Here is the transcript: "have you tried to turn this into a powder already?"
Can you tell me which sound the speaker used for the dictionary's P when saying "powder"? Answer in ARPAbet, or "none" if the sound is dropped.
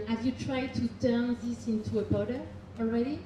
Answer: B